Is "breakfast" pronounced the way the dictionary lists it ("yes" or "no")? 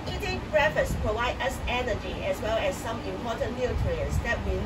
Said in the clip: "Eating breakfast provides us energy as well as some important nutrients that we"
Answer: no